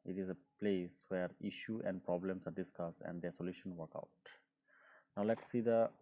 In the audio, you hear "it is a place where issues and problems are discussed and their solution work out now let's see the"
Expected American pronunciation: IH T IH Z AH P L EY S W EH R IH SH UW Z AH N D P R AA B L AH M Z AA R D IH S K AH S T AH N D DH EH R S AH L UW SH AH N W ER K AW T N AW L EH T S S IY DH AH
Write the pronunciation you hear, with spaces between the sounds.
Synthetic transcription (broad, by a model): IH T IH Z AH P L EY S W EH R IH SH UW AH N D P R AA B L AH M S AA R D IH S K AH S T AH N D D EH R S AH L UW SH AH N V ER K AW T N AW L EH T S S IY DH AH